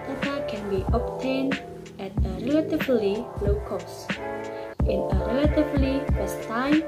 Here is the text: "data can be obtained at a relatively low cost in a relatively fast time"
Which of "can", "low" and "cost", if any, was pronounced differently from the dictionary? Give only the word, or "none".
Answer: none